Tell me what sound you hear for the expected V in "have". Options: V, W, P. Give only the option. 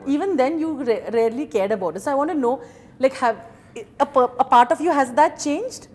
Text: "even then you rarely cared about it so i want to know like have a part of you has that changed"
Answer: P